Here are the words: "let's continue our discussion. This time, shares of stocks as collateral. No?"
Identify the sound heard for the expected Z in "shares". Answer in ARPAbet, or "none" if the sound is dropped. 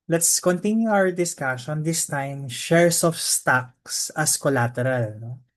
S